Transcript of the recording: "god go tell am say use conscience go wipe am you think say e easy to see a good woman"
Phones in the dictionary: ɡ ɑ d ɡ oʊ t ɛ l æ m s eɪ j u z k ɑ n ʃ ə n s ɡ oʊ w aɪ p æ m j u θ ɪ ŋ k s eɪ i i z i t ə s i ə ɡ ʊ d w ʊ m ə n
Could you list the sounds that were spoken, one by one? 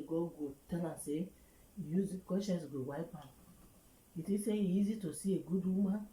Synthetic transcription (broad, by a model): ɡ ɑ ɡ oʊ t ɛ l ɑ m s eɪ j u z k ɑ ʃ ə s ɡ oʊ w aɪ p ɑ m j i t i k s eɪ i i z i t ə s i ə ɡ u d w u m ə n